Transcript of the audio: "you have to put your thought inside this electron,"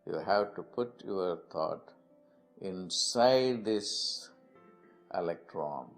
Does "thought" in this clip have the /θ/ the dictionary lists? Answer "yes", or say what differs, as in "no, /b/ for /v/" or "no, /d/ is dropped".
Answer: no, /t/ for /θ/